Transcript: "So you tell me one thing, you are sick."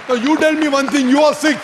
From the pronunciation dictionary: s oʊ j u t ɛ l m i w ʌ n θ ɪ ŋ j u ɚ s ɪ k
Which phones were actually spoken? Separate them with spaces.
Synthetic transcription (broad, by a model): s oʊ j u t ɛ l m i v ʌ n t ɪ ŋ j u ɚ s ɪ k